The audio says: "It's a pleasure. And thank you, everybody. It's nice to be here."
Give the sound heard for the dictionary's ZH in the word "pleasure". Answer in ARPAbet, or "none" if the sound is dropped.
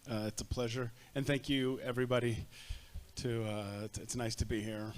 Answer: ZH